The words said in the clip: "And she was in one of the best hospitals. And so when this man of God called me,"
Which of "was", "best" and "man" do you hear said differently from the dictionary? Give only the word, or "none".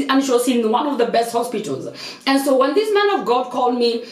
was